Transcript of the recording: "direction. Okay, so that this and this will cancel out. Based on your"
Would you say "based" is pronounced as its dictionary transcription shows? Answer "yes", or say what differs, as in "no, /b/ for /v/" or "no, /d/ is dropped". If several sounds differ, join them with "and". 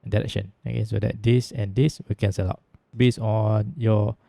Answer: no, /t/ is dropped